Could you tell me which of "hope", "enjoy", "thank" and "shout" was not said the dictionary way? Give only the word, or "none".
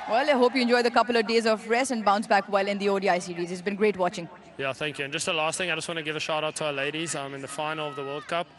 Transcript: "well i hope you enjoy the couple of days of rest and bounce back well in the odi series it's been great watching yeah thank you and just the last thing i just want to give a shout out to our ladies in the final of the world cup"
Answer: none